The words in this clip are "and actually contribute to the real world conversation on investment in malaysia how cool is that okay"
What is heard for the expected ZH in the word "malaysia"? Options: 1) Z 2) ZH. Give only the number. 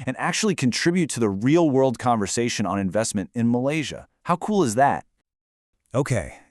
2